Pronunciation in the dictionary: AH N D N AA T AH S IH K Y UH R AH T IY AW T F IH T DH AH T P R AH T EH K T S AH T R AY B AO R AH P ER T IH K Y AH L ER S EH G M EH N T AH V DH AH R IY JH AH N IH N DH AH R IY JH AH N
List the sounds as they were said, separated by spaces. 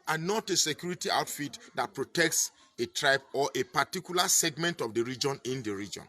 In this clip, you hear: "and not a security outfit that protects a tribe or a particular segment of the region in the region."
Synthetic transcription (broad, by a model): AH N N AA T AH S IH K Y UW R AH T IY AW T F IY T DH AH T P R AH T EH K T S AH T R AY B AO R AH P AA T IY K Y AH L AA S EH G M EH N T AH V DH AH R IY JH AH N IH N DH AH R IY JH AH N